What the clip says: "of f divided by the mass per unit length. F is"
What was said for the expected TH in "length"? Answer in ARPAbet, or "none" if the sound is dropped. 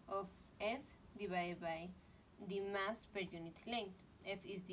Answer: T